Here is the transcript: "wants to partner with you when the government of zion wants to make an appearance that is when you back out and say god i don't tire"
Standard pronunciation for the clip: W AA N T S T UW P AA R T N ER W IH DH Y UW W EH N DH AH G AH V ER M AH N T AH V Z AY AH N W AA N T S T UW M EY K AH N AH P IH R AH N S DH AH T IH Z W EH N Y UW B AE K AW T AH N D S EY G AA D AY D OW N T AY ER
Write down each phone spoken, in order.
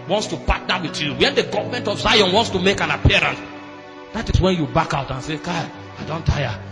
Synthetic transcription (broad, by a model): W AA N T S T UW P AA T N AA W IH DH Y UW W EH N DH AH G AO V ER M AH N T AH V Z AY AH N W AA N T S T UW M EY K AH N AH P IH R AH N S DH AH T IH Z W EH N Y UW B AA K AW T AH N S EY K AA AY D OW N T AY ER